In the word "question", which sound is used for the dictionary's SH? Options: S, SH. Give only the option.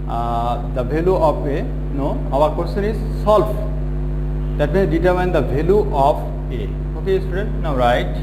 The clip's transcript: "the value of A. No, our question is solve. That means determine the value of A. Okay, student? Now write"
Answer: S